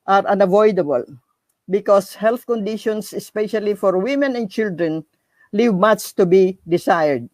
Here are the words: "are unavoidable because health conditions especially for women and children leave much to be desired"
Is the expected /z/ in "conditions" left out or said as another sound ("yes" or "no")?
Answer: yes